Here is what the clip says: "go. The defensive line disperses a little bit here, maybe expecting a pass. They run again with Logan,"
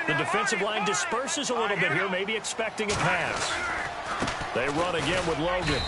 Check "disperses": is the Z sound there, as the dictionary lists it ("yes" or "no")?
yes